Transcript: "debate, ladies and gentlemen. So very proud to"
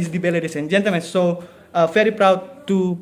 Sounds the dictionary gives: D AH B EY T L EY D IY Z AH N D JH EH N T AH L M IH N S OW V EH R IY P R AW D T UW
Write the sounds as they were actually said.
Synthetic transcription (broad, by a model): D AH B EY L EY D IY S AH N JH EH N T AH L M IH N S OW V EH R IY P R AW D T UW